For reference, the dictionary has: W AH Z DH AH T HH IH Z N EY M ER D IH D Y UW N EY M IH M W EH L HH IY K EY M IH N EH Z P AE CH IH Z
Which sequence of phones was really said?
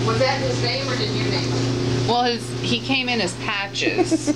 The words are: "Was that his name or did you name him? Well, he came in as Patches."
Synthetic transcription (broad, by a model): W AH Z DH AH T HH IH Z N EY M ER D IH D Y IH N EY IH M W EH L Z IY K EY M IH N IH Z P AE CH IH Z